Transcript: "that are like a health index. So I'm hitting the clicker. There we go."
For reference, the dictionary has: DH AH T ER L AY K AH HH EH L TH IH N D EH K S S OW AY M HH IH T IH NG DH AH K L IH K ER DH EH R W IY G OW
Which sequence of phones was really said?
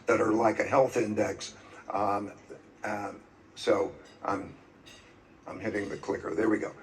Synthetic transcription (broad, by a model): DH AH T ER L AY K AH HH EH L TH IH N D EH K S S OW AY M HH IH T IH NG DH AH K L IH K ER DH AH R W IY G OW